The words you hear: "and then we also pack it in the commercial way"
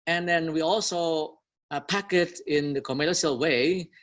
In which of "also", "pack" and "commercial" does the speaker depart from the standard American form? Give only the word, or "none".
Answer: commercial